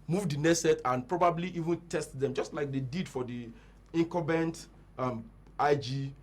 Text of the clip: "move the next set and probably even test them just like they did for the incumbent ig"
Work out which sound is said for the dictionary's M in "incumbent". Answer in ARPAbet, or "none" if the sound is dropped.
none